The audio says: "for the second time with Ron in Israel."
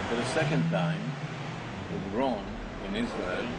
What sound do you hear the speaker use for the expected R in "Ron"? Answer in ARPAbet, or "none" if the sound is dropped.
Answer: R